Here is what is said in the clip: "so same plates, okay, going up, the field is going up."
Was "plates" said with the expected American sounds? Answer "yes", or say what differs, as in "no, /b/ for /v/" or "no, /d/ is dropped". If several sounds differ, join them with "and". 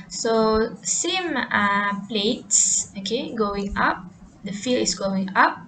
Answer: yes